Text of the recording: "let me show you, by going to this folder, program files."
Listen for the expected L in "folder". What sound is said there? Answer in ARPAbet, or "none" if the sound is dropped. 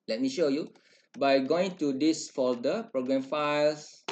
none